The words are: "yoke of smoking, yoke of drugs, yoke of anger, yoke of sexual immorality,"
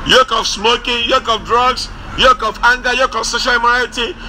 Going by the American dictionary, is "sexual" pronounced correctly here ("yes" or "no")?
no